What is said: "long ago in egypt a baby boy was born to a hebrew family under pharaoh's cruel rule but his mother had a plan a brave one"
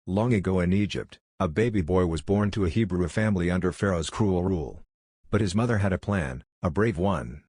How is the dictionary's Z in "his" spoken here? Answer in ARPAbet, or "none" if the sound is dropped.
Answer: Z